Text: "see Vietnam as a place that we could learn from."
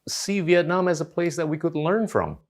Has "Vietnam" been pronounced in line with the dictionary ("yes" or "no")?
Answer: yes